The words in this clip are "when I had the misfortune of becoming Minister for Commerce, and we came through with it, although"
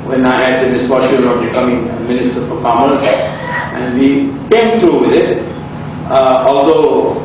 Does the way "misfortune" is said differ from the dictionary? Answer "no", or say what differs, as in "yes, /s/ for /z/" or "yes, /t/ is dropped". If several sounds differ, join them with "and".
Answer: yes, /ʃ/ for /tʃ/ and /n/ is dropped